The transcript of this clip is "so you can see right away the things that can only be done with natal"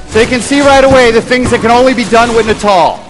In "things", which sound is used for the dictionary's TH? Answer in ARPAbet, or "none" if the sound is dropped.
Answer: TH